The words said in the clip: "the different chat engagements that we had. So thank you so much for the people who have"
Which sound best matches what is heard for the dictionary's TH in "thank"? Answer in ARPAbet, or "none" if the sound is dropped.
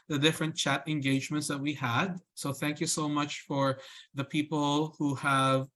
TH